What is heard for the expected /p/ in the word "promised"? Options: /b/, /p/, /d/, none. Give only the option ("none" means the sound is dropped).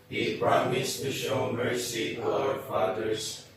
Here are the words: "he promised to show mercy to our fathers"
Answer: /b/